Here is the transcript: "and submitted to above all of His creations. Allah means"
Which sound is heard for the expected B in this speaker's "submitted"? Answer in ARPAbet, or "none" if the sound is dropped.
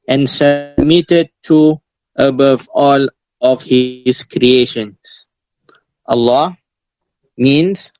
B